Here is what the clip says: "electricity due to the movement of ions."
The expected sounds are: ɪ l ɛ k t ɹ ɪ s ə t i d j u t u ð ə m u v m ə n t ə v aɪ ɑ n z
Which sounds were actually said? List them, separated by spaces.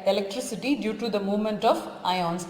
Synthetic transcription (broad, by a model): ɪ l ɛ k t ɹ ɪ s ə t i d j u t u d ə m u v m ə n t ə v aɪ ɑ n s